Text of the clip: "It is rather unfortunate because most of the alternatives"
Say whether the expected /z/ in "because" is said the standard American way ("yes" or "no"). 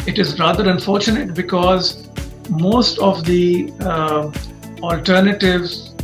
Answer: yes